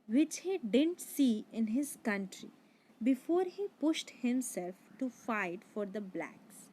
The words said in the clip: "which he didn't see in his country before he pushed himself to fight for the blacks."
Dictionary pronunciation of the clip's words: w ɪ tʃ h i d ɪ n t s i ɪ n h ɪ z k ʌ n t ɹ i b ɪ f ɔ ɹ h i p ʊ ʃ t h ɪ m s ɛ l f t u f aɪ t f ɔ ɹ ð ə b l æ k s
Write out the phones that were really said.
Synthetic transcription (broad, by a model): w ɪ tʃ h i d ɪ n t s i ɪ n h ɪ z k ʌ n t ɹ i b ɪ f ɔ ɹ h i p ʊ ʃ t h ɪ m s ɛ l f t u f aɪ t f ɔ ɹ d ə b l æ k s